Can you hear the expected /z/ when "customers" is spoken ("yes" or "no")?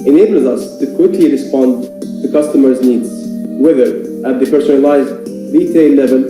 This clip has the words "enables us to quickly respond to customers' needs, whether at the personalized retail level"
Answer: yes